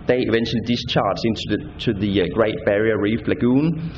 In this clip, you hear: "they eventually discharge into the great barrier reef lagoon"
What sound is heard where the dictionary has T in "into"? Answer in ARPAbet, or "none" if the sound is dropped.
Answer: S